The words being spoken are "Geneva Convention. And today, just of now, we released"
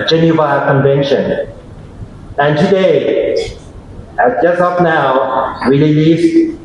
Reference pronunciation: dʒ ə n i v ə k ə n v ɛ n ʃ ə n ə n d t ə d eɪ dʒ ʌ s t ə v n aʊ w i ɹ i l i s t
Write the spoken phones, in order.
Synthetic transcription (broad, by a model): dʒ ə n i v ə k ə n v ɛ n ʃ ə n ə n t ə d eɪ dʒ ʌ s t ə p n aʊ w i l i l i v